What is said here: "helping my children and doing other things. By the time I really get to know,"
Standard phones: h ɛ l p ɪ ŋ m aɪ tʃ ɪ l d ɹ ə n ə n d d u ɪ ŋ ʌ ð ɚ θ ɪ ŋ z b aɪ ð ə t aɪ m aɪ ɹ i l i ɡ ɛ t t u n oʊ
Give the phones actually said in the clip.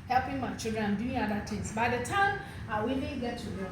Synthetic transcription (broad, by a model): h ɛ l p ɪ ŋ m aɪ tʃ ɪ l d ɹ ə n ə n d d u ɪ ŋ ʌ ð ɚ t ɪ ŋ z b aɪ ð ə t aɪ m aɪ w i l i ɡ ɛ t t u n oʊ